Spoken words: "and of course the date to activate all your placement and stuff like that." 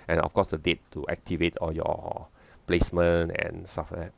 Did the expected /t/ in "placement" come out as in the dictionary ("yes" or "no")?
no